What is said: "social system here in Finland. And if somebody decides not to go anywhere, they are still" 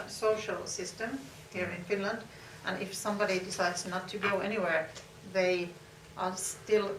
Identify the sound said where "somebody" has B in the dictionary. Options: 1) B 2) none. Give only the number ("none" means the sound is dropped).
1